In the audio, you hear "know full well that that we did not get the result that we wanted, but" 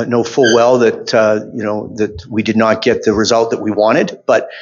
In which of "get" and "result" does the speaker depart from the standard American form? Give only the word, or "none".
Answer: none